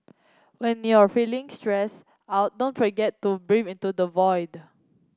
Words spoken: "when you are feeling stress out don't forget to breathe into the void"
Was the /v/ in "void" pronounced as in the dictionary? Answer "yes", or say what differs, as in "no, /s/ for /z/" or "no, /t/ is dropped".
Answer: yes